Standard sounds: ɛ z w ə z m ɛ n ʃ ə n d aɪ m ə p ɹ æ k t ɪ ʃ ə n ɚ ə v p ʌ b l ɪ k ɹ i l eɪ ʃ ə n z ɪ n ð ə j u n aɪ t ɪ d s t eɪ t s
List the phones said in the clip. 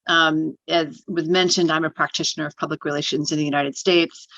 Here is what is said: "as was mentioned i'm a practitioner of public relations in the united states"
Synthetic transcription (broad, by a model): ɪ z w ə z m ɛ n ʃ ə n d aɪ m ə p ɹ æ k t ɪ ʃ ə n ɚ ə v p ʌ b l ɪ k ɹ i l eɪ ʃ ə n z ɪ n ð ə j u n aɪ t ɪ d s t eɪ t s